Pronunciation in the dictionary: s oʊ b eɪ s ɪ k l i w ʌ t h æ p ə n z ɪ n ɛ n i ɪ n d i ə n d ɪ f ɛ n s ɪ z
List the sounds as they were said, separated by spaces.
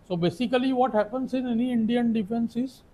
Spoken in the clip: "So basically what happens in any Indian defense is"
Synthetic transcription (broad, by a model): s oʊ b eɪ s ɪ k l i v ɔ t h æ p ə n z ɪ n ɛ n i ɪ n d i ə n d ɪ f ɛ n s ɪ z